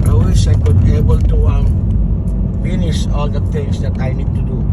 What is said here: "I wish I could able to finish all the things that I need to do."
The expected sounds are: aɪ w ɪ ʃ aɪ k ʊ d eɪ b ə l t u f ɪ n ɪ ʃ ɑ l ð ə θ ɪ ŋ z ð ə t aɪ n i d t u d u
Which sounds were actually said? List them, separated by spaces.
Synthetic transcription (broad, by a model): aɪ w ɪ s aɪ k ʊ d eɪ b ə l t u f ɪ n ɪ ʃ ɑ l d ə t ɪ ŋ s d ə t aɪ n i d t u d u